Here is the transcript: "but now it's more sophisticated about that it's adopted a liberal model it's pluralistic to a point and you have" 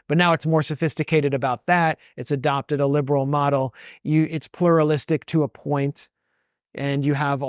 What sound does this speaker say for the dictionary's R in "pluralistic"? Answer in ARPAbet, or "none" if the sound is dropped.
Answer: R